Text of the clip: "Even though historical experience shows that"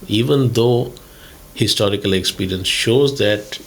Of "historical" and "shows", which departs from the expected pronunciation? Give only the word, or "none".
none